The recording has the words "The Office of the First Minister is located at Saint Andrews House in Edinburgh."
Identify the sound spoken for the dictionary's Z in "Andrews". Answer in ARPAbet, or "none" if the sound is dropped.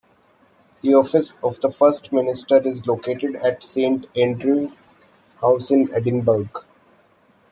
none